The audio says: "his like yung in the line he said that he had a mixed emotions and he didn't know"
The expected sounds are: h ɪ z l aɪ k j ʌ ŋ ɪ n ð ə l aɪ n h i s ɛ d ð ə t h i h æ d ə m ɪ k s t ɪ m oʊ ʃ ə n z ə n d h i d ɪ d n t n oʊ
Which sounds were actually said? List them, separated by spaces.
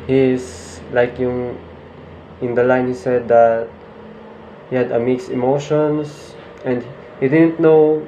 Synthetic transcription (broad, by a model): h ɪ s l aɪ k j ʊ ŋ ɪ n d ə l aɪ n h i s ɛ d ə t h i h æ d ə m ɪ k s ɪ m oʊ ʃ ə n s ə n d h i d ɪ d n t n oʊ